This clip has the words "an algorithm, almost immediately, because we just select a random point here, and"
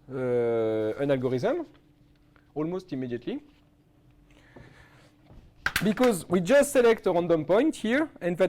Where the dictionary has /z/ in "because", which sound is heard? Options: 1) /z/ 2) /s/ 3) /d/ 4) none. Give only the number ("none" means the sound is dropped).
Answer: 1